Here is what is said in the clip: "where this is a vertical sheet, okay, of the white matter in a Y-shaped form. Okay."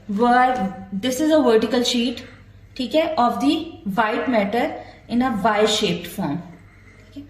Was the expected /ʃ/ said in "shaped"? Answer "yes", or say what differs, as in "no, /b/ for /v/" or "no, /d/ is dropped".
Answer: yes